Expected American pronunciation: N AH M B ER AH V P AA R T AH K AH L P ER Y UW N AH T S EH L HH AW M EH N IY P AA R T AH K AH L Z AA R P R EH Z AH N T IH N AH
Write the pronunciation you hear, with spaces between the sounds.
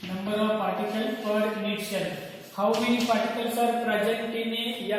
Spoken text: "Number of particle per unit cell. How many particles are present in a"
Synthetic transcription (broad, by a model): N AH M B ER AH V P AA R T AH K AH L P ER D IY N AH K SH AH N HH AW M EH N IY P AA R T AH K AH L S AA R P R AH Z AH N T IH N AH